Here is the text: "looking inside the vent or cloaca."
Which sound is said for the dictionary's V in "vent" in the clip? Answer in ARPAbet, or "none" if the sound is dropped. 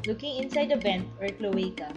B